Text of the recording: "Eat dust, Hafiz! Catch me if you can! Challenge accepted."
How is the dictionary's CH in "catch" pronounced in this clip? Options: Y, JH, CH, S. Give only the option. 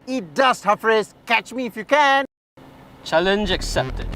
CH